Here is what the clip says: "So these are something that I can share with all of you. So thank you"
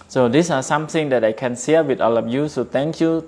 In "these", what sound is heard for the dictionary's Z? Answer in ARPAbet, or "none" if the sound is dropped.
S